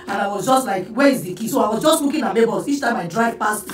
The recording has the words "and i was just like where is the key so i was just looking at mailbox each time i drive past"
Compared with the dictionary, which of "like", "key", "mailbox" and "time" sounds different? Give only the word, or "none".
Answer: mailbox